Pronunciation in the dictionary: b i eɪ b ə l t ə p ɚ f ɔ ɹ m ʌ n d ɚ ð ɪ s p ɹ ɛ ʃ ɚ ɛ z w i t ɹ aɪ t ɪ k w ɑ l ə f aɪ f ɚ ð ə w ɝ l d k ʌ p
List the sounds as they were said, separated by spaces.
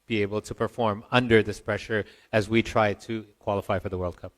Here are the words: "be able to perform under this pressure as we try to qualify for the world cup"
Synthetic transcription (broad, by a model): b i eɪ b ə l t ə p ɚ f ɔ ɹ m ʌ n d ɚ ð ɪ s p ɹ ɛ ʃ ɚ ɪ z w i t ɹ aɪ t ɪ k w ɑ l ə f aɪ f ɚ ð ə w ɝ l d k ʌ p